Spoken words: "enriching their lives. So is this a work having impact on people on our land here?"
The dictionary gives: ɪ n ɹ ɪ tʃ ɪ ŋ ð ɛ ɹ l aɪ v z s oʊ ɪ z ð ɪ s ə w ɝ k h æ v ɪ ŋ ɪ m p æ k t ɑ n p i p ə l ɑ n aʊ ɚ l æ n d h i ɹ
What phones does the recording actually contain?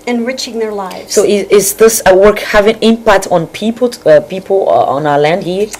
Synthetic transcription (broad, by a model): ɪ n ɹ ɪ tʃ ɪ ŋ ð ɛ ɹ l aɪ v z s oʊ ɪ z ð ɪ s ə w ɝ k h æ v ɪ ŋ ɪ m p æ k t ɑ n p i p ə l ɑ n aʊ ɚ l æ n d h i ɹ